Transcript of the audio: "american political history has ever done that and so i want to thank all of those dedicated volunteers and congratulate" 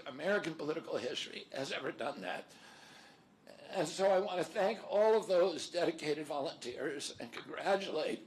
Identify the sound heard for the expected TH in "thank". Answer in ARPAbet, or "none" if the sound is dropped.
TH